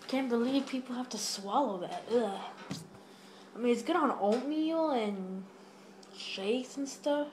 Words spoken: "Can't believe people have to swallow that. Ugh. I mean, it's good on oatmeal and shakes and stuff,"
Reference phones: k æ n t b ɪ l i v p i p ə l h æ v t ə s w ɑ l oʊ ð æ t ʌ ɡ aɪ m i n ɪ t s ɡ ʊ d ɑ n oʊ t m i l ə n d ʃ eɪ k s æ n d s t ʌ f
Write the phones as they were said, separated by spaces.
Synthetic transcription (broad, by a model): k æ n b ɪ l i v p i p l h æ f t ə s w ɑ l oʊ ð æ t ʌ aɪ m i n ɪ t s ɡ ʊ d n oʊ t m i l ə n ʃ eɪ k s n s t ʌ f